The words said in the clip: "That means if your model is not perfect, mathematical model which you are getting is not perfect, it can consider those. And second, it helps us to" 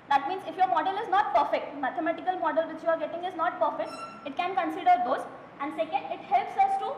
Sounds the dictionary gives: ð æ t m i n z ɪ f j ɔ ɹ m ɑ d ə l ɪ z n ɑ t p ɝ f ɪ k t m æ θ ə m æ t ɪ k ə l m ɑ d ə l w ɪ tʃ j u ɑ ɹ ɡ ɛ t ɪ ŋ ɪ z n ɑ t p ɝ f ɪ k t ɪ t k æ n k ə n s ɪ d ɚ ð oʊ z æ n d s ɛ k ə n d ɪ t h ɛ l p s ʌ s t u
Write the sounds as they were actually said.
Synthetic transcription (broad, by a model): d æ t m i n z ɪ f j ɔ ɹ m ɑ d ə l ɪ z n ɑ t p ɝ f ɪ k t m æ t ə m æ t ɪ k ə l m ɑ d ə l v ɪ tʃ j u ɑ ɹ ɡ ɛ t ɪ ŋ ɪ z n ɑ t p ɝ f ɪ k t ɪ t k æ n k ə n s ɪ d ɚ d oʊ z æ n d s ɛ k ə n d ɪ t h ɛ l p s ʌ s t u